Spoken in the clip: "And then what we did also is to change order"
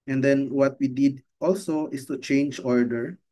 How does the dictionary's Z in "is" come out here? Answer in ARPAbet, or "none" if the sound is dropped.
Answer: S